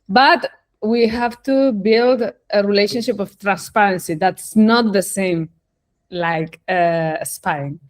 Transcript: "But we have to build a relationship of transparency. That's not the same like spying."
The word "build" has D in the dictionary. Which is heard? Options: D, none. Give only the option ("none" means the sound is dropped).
D